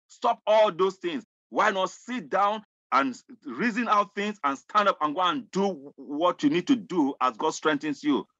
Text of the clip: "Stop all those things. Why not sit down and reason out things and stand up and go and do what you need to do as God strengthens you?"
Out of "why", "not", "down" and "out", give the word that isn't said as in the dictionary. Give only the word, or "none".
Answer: none